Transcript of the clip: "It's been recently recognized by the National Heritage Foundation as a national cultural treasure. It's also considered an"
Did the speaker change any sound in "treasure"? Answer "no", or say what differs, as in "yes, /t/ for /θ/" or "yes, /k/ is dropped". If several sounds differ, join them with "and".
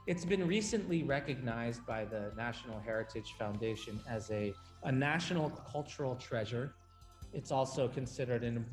no